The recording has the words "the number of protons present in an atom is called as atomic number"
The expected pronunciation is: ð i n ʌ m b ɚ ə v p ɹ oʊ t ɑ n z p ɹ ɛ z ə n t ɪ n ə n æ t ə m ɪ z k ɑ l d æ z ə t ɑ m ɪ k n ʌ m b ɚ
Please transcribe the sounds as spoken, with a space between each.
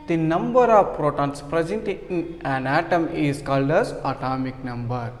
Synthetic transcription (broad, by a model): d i n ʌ m b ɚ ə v p ɹ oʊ t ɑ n s p ɹ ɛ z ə n t ɪ n ə n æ t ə m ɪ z k ɑ l d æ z ə t ɑ m ɪ k n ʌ m b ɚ